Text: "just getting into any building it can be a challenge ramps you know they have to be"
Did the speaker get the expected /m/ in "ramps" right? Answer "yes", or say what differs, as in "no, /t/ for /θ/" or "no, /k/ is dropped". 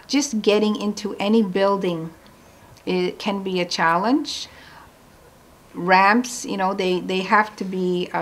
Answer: yes